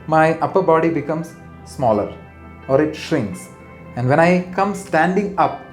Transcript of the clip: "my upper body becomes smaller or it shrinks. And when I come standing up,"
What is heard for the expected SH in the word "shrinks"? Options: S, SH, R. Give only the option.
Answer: SH